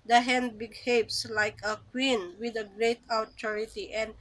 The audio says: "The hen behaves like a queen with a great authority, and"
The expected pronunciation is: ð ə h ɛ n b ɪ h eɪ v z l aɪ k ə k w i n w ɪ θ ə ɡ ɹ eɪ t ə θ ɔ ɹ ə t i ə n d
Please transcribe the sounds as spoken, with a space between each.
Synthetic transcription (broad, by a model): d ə h ɛ n b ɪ h eɪ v s l aɪ k ə k w i n w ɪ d ə ɡ ɹ eɪ t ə t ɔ ɹ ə t i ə n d